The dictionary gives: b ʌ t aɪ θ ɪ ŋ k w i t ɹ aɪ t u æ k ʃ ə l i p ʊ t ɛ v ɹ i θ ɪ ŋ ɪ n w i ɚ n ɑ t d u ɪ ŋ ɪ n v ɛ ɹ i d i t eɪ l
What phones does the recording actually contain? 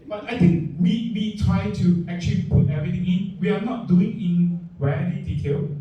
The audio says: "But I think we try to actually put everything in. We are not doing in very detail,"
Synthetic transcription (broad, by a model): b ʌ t aɪ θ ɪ ŋ k w i t ɹ aɪ t u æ k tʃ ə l i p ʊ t ɛ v ɹ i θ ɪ ŋ ɪ n w i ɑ n ɑ t d u ɪ ŋ ɪ n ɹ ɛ l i d i t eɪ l